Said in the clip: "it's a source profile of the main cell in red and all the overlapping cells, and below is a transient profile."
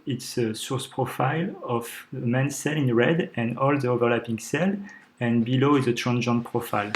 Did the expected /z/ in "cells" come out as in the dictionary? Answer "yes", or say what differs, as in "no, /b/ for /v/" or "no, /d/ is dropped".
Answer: no, /z/ is dropped